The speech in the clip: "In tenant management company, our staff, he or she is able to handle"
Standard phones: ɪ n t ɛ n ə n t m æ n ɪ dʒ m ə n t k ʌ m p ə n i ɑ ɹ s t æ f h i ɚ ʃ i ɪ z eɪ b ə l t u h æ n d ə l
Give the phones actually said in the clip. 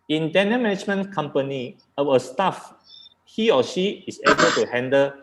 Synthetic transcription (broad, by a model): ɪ n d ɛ n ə m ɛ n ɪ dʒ m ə n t k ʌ m p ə n i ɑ w s t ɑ f h i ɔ ʃ i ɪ s eɪ b ə l t u h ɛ n d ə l